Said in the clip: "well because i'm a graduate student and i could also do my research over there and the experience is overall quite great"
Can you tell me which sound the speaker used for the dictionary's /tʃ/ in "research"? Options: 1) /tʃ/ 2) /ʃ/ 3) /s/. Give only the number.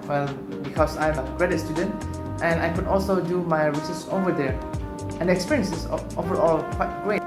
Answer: 3